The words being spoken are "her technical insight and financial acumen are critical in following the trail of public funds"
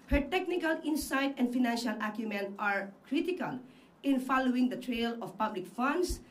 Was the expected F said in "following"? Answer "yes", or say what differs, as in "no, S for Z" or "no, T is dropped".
yes